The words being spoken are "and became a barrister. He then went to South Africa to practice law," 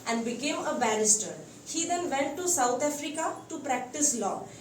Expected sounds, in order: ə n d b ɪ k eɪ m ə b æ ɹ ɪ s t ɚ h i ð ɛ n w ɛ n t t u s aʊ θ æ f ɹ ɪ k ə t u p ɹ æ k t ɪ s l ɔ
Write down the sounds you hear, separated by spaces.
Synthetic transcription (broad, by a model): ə n d b ɪ k eɪ m ə b æ ɹ ɪ s t ɚ h i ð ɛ n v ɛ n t t u s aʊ t æ f ɹ ɪ k ə t u p ɹ æ k t ɪ s l ɔ